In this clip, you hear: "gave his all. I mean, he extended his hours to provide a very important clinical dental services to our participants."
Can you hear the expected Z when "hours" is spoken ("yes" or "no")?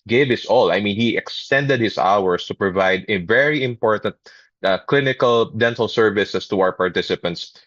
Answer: no